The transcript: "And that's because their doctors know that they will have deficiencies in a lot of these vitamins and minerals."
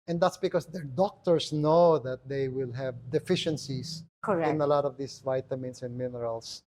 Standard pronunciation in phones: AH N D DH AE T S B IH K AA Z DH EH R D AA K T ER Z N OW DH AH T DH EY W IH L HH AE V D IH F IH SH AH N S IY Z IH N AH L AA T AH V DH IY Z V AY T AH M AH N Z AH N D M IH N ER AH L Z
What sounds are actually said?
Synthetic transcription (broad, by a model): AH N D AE T S B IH K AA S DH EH R D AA K T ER S N OW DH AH T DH EY W IH L HH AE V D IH F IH SH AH N S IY S IH N AH L AA T AH V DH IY S V AY T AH M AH N S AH N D M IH N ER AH L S